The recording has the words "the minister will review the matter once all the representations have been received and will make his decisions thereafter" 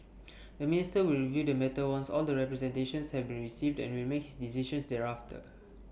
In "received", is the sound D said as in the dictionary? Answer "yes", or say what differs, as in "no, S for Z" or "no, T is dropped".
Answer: yes